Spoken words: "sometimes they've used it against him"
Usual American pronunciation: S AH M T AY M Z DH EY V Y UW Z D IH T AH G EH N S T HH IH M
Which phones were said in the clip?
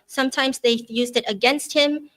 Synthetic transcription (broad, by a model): S AH M T AY M Z DH EY Y UW Z D IH T AH G EH N S T HH IH M